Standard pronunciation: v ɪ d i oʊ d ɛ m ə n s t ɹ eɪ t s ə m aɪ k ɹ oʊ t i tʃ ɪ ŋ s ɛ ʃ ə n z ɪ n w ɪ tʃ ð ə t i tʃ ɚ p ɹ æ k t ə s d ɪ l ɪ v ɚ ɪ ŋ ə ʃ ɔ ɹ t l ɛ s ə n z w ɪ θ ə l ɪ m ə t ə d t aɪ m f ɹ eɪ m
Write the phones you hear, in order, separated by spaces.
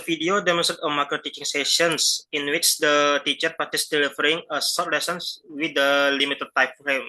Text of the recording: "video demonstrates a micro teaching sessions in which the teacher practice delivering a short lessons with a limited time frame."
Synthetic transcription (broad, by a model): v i d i oʊ d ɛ m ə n s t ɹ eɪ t ə m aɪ k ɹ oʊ t i tʃ ɪ ŋ s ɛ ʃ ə n s ɪ n w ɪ tʃ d ə t i tʃ ɚ p ɑ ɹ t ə s d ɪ l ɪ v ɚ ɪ ŋ ə s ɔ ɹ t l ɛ s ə n s w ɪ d ə l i m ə t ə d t aɪ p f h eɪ m